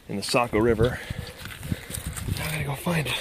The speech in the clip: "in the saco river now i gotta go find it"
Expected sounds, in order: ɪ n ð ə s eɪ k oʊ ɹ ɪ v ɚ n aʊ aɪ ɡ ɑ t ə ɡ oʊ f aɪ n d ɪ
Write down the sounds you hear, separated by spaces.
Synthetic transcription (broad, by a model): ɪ n ð ə s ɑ k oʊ ɹ ɪ v ɚ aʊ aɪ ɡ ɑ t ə ɡ oʊ f aɪ n d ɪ